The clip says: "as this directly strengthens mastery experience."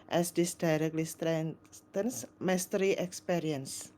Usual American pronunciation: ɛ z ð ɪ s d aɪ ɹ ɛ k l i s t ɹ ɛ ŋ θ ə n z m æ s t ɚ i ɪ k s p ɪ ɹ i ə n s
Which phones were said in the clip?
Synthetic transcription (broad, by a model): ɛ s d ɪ s d aɪ ɹ ɛ k l i s t ɹ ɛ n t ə n s m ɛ s t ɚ i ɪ k s p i ɹ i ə n s